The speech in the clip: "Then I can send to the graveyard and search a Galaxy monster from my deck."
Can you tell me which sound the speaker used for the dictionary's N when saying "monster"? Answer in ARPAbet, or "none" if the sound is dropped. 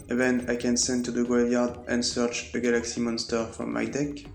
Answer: N